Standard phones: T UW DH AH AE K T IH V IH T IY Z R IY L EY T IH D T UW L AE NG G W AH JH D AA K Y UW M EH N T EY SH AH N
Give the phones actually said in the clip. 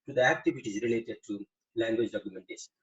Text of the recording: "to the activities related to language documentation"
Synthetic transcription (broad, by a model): T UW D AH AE K T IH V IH T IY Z R IY L EY T IH D T UW L AE NG G W AH JH D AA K Y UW M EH N T EY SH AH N